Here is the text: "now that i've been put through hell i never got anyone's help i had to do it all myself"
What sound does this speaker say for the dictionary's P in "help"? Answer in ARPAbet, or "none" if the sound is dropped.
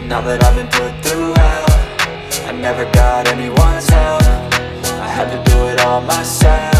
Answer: F